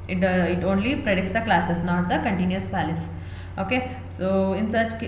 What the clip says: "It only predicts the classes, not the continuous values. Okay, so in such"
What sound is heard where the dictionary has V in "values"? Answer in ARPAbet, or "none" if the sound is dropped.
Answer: P